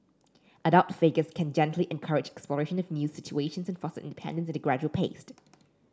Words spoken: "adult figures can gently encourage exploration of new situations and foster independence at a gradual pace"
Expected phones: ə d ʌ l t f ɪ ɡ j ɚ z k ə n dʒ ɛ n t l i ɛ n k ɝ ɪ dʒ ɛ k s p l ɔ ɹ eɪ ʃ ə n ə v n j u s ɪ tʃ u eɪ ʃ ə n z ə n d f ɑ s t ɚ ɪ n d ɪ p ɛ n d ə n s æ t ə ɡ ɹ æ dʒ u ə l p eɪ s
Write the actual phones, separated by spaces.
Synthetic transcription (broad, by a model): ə d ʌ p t f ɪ ɡ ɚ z k ə n dʒ ɛ n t l i ɛ n k ɝ ɪ dʒ ɛ k s p l ɔ ɹ eɪ ʃ ə n ə v n j u s ɪ tʃ u eɪ ʃ ə n z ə n f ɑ s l ɪ n d ɪ p ɛ n d ə n s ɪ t ə ɡ ɹ æ dʒ u ə l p eɪ s